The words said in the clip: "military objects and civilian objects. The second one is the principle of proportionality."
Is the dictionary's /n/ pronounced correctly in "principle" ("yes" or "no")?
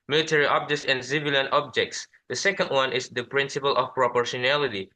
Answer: yes